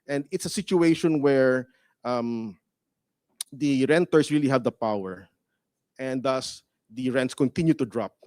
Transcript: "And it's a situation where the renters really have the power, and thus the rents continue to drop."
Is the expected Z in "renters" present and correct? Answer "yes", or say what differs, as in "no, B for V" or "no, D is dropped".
no, S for Z